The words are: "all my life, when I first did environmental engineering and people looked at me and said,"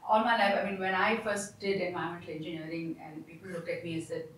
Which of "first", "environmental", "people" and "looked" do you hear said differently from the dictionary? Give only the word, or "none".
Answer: environmental